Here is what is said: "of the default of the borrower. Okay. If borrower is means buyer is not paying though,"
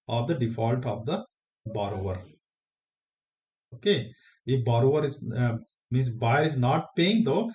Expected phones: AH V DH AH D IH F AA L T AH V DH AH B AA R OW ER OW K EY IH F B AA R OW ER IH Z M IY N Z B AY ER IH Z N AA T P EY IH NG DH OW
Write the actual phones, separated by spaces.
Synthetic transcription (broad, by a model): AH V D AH D IH F AA L T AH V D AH B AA R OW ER OW K EY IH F B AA R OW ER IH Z M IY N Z B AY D IH Z N AA T P EY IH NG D OW